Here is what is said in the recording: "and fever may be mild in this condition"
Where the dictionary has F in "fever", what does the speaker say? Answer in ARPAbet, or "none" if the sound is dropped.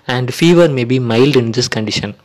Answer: F